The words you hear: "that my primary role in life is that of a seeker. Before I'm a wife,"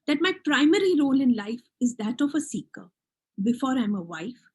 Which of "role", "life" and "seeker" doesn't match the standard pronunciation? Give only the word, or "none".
none